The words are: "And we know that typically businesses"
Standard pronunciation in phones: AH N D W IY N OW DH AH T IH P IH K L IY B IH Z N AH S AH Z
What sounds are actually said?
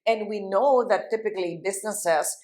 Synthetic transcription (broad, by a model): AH N D W IY N OW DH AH T IH P IH K L IY B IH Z N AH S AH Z